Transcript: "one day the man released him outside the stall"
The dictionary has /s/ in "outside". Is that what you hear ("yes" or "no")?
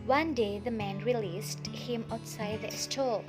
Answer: yes